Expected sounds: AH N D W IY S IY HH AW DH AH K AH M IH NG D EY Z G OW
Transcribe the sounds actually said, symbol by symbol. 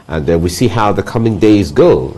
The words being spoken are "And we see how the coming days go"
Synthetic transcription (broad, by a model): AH N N W IY S IY HH AW DH AH K AH M IH NG D EY Z G OW